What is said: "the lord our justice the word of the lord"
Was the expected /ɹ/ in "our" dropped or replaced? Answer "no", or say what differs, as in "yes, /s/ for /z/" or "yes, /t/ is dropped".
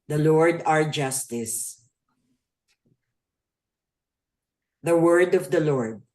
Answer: no